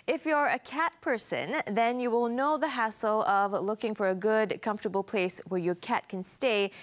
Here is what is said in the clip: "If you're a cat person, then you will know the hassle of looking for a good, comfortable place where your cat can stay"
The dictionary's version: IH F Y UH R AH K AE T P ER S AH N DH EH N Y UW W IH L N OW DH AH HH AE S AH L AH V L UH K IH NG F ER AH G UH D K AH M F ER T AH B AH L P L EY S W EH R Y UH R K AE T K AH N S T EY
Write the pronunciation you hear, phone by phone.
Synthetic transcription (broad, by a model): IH F Y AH R AH K AE T P ER S AH N DH EH N Y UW W IH L N OW DH AH HH AE S AH L AH V L UH K IH NG F ER AH G UH D K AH M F T AH B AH L P L EY S W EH R Y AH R K AE T K AH N S T EY